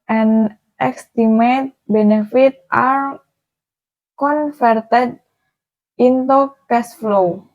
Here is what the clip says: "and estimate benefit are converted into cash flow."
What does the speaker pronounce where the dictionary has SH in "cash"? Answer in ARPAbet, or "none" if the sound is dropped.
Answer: S